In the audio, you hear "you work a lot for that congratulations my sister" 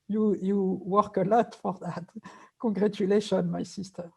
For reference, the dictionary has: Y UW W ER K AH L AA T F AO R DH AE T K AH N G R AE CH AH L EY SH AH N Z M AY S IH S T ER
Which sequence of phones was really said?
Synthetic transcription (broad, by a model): Y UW W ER K AH L AA T F AO R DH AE T K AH G R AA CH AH L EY SH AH N M AY S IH S T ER